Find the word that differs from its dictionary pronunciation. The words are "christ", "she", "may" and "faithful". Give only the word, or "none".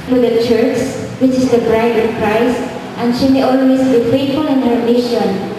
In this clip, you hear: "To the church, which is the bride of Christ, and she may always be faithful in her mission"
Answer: faithful